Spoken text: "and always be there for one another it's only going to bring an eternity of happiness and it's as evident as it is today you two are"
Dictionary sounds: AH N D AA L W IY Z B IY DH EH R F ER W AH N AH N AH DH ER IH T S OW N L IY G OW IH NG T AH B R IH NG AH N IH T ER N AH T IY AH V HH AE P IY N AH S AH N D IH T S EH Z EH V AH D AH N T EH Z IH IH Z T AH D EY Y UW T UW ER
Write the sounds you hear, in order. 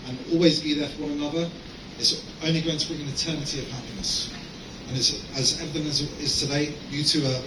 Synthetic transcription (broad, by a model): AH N AA L W IY Z B IY DH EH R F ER W AH N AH N AH DH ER IH T S OW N L IY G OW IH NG T AH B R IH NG AH N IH T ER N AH T IY AH V HH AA P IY N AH S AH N IH T S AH Z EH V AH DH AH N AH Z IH IH Z T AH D EY Y UW T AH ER